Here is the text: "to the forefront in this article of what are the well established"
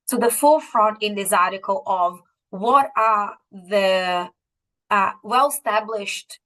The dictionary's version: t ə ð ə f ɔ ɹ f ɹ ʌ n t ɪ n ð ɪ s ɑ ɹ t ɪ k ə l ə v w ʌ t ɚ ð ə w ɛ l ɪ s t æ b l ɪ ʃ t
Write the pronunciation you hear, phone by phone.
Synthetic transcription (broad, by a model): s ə ð ə f ɔ ɹ f ɹ ʌ n t ɪ n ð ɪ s ɑ ɹ t ɪ k ə l ə v w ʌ t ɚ ð ə w ɛ l s t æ b l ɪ ʃ t